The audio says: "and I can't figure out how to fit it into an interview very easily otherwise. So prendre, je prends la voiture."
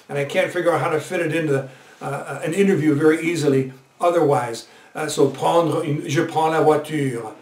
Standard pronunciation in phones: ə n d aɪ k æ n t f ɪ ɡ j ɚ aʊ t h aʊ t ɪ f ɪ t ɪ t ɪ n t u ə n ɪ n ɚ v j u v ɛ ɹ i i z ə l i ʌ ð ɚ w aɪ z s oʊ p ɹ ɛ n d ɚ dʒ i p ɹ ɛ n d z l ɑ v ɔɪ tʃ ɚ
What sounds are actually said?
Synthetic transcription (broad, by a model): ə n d aɪ k æ n t f ɪ ɡ j ɚ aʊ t h aʊ t ɪ f ɪ t ɪ t ɪ n t u ə n ɪ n ɚ v j u v ɛ ɹ i i z ə l i ʌ ð ɚ w aɪ z s oʊ p ɛ n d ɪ ʒ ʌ p ɛ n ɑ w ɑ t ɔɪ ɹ